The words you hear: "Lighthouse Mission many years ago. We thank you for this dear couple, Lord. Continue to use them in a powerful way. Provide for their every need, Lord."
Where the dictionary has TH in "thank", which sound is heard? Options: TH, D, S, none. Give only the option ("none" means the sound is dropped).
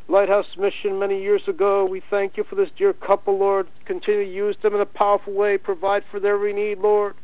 TH